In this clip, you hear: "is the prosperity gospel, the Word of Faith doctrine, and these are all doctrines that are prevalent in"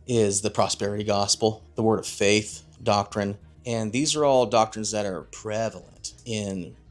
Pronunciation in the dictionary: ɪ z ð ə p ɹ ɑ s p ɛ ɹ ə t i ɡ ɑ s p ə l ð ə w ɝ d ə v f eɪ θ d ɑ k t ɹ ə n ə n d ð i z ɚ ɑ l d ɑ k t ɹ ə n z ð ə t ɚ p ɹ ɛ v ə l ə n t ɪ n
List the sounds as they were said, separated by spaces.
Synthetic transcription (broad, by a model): ɪ z ð ə p ɹ ɑ s p ɛ ɹ ə t i ɡ ɑ s p l ð ə w ɝ d ə v f eɪ θ d ɑ k t ɹ ə n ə n ð i z ɚ ɑ l d ɑ k t ɹ ə n z ð ə t ɚ p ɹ ɛ v l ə n t ɪ n